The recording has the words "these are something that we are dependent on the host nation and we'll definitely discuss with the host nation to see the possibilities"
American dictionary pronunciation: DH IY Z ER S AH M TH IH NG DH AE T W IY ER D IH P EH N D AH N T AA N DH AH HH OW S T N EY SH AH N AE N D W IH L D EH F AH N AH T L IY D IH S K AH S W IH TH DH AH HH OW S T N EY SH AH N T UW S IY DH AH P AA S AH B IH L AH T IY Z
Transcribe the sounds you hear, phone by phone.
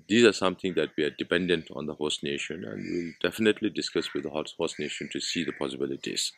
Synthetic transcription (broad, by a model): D IY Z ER S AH M T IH NG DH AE T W IY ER D IH P EH N D AH N T AA N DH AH HH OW S N EY SH AH N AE N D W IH L D EH F AH N AH T L IY D IH S K AH S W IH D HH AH HH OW S N EY SH AH N T UW S IY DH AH P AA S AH B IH L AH T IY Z